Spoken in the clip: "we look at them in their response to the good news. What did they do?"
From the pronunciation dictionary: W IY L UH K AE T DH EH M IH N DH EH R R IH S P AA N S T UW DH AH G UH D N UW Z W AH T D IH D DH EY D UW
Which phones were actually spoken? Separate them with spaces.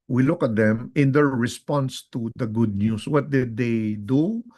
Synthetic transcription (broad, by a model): W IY L UH K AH T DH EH M IH N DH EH R R IH S P AA N S T UW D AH G UH D N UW S W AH T D IH D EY D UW